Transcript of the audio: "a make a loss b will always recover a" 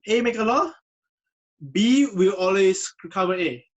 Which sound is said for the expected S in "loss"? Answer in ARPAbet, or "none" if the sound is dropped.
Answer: none